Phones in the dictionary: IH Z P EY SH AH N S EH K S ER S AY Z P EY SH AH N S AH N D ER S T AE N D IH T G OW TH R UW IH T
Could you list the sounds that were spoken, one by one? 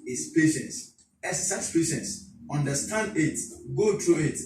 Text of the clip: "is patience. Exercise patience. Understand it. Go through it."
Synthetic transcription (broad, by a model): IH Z P EY SH AH N S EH S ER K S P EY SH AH N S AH N D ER S T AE N D IH T G OW T R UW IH T